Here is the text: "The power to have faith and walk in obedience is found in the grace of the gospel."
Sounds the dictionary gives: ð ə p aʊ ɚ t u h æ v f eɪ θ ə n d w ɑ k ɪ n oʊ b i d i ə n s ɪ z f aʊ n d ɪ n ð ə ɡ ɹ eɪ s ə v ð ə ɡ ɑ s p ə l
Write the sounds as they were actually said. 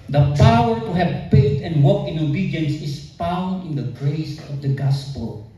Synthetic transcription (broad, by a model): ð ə p aʊ ɚ t u h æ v p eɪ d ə n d w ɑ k ɪ n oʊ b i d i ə n s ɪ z f aʊ n d ɪ n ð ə ɡ ɹ eɪ s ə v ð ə ɡ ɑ s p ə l